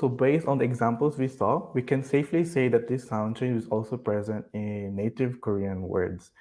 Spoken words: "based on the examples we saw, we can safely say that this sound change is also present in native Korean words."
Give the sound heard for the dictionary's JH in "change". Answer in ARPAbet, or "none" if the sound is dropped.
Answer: none